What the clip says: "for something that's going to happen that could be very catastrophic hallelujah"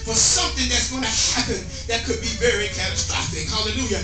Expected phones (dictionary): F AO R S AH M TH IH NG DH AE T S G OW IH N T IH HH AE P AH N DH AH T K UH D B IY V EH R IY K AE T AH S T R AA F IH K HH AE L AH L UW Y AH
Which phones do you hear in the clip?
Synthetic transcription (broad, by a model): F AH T S AH M TH IH NG DH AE T S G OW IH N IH HH AE P AH N DH AH T K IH D B IY V EH R IY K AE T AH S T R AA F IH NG HH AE L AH L UW Y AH